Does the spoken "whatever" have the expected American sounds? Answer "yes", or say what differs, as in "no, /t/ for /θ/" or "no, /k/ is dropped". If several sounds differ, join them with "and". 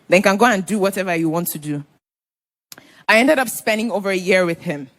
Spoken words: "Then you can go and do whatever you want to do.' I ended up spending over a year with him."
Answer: yes